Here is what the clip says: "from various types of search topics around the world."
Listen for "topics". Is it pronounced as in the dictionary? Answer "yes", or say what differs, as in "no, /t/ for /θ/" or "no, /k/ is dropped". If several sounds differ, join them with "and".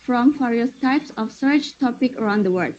no, /s/ is dropped